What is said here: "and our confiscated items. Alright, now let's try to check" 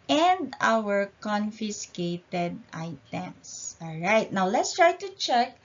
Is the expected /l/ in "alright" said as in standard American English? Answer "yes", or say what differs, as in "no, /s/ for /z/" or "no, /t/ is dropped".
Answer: yes